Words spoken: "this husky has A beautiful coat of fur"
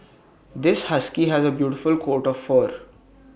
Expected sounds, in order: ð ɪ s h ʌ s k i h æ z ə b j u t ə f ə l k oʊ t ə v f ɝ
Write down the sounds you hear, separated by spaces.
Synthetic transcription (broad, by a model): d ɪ s h ʌ s k i h æ z ə b j u t ə f ə l k oʊ t ə v f ɝ